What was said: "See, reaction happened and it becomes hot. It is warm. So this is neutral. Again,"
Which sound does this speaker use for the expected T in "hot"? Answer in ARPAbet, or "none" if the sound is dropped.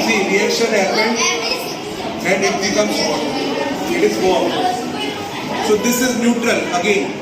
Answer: none